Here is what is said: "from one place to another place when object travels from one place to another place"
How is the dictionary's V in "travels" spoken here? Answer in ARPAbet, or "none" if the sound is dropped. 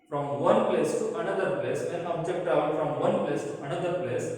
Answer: none